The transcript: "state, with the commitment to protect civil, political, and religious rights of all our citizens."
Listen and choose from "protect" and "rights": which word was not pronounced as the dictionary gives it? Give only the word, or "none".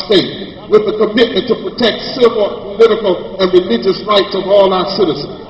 none